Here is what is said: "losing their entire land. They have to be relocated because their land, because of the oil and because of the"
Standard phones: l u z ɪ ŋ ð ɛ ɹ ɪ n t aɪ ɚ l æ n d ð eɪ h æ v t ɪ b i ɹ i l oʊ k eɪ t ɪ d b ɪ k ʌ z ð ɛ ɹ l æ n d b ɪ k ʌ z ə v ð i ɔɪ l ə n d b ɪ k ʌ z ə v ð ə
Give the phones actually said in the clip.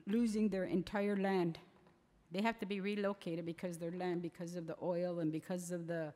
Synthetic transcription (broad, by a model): l u z ɪ ŋ ð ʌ ɹ ɪ n t aɪ ɚ l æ n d ð eɪ h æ f t ɪ b i ɹ i l oʊ k eɪ t ɪ d b ɪ k ʌ z ð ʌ ɹ l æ n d b ɪ k ʌ z ə v ð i ɔɪ l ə n b ɪ k ʌ z ə v ð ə